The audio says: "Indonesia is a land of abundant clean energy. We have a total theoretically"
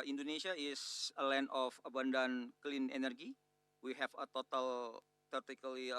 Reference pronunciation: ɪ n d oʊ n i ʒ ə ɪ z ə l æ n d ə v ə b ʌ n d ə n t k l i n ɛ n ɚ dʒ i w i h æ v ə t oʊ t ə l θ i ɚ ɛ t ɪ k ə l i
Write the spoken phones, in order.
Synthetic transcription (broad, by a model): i n d oʊ n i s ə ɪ s ə l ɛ n ə f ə b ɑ n d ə n k l i n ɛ n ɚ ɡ i w i h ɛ f ə t oʊ t ə l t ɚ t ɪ k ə l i